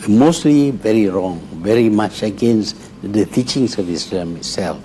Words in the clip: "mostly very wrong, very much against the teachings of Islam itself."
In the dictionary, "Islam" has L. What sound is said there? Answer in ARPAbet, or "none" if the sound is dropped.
none